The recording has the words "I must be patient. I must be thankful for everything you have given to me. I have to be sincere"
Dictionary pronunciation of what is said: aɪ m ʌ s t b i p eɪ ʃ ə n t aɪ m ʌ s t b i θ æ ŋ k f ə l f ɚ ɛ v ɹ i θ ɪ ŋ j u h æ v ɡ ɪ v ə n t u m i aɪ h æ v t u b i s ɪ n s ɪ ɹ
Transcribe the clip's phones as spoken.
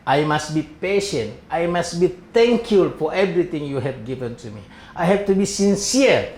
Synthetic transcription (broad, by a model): aɪ m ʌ s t b i p eɪ ʃ ə n t aɪ m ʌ s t b i t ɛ ŋ k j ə l f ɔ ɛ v ɹ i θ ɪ ŋ j u h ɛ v ɡ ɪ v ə n t u m i aɪ h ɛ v t u b i s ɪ n s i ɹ